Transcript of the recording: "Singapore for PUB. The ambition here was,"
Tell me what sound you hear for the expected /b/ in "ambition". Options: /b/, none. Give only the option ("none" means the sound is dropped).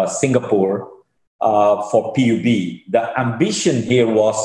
/b/